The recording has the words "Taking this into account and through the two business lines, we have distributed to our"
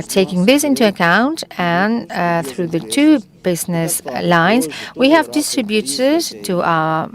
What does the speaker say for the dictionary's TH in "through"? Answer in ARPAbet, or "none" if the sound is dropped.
TH